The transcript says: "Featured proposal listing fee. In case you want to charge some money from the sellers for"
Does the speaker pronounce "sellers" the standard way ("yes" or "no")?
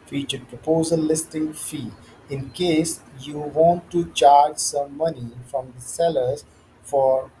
yes